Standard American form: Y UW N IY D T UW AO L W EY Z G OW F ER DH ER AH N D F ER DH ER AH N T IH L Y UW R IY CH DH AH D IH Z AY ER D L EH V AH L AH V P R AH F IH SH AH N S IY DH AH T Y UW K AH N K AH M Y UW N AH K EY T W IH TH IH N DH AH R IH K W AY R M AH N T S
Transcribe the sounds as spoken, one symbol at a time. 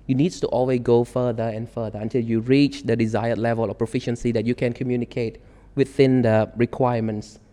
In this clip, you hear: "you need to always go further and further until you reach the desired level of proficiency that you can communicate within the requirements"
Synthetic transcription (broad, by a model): Y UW N IY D T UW AO L W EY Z G OW F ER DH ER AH N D F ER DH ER AH N T IH L Y UW R IY CH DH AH D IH Z AY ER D L EH V AH L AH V P R AH F IH SH AH N S IY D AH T Y UW K AH N K AH M Y UW N AH K EY T W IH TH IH N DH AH R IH K W AY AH M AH N T S